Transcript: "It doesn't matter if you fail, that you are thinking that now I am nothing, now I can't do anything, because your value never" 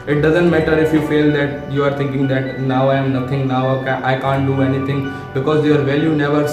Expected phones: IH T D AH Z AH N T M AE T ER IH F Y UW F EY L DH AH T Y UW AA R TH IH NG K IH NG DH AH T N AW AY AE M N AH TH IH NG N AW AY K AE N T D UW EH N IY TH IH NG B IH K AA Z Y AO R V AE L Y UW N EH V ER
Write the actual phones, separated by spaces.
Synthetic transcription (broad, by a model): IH T D AH Z AH N T M AE T ER IH F Y UW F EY L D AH T Y UW AA R T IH NG K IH NG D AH T N AW AY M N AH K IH NG N AW AY K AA N T D UW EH N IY T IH NG B IH K AA Z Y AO R V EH L Y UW N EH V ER